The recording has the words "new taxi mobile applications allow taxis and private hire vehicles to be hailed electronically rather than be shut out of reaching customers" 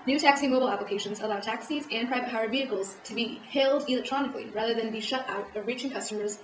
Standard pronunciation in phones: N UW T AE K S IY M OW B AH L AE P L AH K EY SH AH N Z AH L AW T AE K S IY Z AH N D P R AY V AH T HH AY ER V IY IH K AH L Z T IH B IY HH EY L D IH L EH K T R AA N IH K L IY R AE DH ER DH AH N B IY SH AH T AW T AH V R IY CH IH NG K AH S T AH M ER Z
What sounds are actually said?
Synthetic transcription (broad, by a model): N UW T AE K S IY M OW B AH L AE P L AH K EY SH AH N Z AH L AW T AE K S IY Z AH N P R AY V AH T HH AY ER V IY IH K L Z T IH B IY HH EY L D IH L EH K T R AA N IH K L IY R AE DH ER DH AH N B IY SH AH T AW T AH V R IY CH IH NG K AH S T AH M ER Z